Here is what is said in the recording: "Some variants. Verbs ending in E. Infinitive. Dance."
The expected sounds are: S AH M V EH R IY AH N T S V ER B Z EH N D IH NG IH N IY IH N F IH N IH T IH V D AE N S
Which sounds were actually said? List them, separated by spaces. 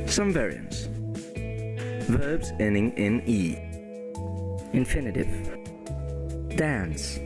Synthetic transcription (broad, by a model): S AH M V EH R IY AH N T S V ER B Z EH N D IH NG IH N IY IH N F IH N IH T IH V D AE N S